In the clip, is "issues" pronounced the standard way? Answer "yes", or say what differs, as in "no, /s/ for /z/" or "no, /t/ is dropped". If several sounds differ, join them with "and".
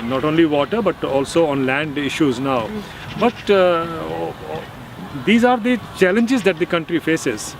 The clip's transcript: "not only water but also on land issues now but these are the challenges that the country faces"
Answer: yes